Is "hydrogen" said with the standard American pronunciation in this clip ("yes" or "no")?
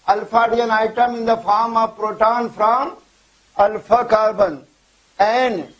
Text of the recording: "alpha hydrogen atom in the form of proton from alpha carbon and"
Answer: no